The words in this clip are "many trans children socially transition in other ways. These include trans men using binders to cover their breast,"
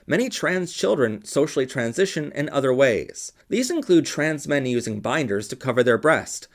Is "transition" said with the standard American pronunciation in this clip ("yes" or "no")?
yes